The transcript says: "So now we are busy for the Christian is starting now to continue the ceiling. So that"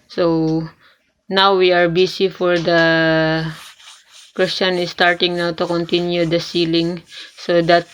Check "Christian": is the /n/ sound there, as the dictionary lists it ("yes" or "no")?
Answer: yes